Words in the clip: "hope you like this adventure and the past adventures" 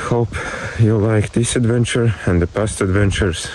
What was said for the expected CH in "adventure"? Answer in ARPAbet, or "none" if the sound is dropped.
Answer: CH